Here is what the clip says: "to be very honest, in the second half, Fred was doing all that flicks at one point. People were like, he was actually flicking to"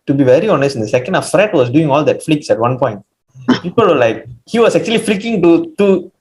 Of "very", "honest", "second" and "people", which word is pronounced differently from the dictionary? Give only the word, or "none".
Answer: none